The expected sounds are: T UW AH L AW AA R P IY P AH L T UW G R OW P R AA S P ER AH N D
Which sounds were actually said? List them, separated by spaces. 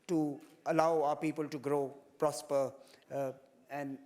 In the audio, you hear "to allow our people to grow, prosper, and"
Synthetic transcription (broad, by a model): T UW AH L AW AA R P IY P AH L T UW G R OW P R AA S P ER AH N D